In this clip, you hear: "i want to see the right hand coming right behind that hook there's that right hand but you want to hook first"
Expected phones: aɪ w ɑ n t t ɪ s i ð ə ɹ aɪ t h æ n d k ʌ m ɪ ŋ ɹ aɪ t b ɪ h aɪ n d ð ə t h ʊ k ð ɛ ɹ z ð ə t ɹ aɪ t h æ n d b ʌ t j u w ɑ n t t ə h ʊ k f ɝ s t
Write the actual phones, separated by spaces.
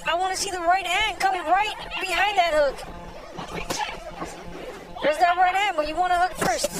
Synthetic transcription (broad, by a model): aɪ w ɑ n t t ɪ s i ð ə ɹ aɪ t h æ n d k ʌ m ɪ ŋ ɹ aɪ t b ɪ h aɪ n ð ə t h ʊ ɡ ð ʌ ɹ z ð ə t ɹ aɪ t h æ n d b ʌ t j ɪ w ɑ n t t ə h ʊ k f ɝ s t